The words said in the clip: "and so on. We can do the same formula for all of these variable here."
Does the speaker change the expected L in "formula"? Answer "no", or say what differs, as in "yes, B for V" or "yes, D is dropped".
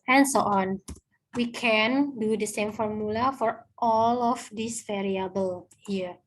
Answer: no